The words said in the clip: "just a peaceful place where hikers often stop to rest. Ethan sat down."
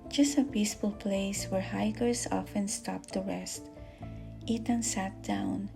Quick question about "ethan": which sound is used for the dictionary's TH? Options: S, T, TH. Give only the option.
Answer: T